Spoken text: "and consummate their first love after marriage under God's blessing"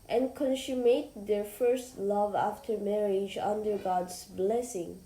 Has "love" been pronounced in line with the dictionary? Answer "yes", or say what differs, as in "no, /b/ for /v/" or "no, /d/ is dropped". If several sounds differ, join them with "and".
yes